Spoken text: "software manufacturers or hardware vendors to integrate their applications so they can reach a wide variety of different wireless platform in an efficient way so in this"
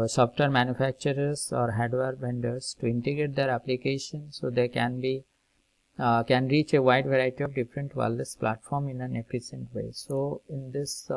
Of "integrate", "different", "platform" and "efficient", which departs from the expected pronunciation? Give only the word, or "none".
efficient